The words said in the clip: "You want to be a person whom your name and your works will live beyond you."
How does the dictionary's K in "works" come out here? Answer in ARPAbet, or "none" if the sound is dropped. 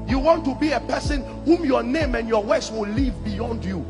none